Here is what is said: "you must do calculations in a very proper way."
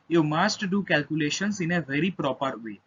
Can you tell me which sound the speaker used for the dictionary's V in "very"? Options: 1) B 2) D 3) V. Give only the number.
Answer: 3